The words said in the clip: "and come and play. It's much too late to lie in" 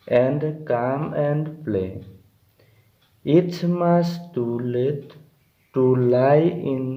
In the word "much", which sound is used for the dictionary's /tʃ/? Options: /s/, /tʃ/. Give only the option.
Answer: /s/